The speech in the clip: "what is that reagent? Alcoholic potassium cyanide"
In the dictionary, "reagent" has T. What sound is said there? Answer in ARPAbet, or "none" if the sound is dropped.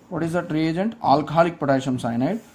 T